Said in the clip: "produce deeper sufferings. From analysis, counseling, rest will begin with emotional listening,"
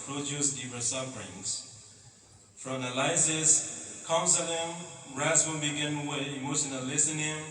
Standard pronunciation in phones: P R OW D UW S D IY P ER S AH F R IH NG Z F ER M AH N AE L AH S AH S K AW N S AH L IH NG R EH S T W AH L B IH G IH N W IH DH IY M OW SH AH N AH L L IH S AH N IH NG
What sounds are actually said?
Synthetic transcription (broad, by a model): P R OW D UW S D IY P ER S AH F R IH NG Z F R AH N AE L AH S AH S K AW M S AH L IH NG R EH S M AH N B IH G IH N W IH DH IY M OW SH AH N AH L L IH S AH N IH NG